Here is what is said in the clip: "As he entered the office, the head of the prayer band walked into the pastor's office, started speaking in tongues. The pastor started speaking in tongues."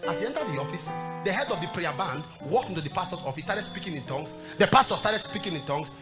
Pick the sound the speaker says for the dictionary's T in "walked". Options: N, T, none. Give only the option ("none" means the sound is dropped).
T